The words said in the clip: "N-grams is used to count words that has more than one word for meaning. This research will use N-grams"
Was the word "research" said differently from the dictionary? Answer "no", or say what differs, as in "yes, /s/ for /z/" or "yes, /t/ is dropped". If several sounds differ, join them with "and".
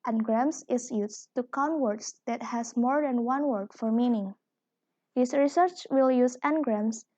no